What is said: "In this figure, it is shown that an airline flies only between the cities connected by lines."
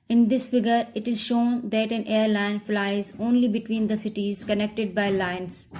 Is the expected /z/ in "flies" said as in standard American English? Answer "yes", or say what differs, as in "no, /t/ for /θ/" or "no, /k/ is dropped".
yes